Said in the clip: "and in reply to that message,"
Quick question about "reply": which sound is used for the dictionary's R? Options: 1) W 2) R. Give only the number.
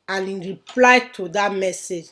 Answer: 2